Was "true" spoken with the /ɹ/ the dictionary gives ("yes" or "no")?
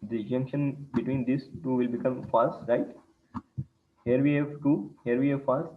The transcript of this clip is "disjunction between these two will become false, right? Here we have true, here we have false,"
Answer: no